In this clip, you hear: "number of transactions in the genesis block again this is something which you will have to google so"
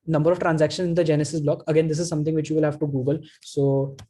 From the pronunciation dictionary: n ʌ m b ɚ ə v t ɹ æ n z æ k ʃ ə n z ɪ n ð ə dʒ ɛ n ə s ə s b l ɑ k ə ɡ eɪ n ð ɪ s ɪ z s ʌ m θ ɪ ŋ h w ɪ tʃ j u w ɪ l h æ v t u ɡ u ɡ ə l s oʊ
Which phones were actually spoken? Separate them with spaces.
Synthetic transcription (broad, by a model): n ʌ m b ɚ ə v t ɹ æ n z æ k ʃ ə n ɪ n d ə dʒ ɛ n ə s ə s b l ɑ k ə ɡ eɪ n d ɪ s ɪ z s ʌ m t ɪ ŋ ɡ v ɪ tʃ j u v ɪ l h æ v t u ɡ u ɡ ə l s oʊ